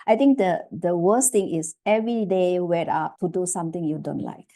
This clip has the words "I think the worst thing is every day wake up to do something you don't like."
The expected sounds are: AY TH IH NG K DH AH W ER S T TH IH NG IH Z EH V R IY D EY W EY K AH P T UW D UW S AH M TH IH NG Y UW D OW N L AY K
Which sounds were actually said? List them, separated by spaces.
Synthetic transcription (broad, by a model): AY T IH NG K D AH W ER S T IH NG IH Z EH V R IY D EY W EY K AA P T UW D UW S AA M T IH NG Y UW D OW N L AY K